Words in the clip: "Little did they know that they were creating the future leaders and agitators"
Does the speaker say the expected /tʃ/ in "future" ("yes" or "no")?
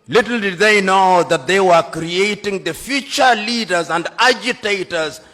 yes